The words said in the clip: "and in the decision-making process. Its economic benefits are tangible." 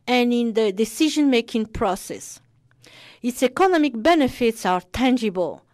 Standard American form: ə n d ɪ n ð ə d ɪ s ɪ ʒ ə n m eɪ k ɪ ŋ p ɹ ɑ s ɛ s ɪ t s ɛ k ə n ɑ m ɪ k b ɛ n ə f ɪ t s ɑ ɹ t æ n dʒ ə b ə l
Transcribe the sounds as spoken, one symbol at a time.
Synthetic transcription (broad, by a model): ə n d ɪ n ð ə d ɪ s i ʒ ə n m eɪ k ɪ ŋ p ɹ ɑ s ɛ s ɪ t s ɛ k ə n ɑ m ɪ k b ɛ n ə f ɪ t s ɑ ɹ t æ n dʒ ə b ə l